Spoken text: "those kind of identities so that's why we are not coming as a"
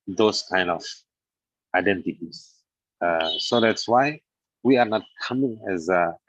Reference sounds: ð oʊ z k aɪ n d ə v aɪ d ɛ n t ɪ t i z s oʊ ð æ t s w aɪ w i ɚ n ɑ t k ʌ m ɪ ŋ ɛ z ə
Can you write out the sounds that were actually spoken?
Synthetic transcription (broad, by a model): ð oʊ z k aɪ n d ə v aɪ d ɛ n t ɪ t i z s oʊ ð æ t s w aɪ w i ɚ n ɑ t k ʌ m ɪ ŋ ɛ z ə